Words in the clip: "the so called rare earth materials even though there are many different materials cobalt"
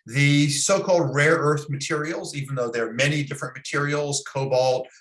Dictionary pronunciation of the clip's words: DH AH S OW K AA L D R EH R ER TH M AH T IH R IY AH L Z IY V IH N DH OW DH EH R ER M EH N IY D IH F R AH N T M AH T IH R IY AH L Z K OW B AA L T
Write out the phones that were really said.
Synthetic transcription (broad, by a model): DH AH S OW K AA L D R EH R ER TH M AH T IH R IY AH L Z IY V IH N DH OW DH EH R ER M EH N IY D IH F R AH N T M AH T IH R IY L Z K OW B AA L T